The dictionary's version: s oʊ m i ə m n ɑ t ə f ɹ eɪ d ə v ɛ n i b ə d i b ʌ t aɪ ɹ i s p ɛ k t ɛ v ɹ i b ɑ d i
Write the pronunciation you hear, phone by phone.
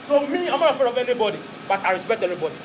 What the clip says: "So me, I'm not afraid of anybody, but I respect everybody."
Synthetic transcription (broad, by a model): s oʊ m i ə m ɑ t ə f eɪ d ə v ɛ n i b ə d i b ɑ t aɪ ɹ i s p ɛ k t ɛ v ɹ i b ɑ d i